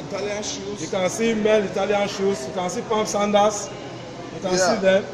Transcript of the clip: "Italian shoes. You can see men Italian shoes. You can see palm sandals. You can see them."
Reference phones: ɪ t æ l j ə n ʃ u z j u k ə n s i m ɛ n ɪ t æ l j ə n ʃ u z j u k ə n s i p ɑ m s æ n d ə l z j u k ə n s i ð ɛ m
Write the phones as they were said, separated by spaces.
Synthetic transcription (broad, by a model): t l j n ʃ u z j u k ə n s i m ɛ l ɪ t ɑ l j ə n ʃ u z j u k ə n s i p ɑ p s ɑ n d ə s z j u k ə n s i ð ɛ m